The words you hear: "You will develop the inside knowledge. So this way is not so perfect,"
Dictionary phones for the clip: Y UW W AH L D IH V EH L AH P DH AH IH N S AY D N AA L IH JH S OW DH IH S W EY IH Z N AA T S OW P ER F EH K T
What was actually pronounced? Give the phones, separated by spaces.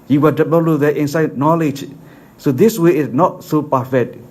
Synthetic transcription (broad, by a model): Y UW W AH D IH B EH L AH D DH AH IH N S AY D N AA L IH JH S OW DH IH S W EY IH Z N AA T S OW P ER F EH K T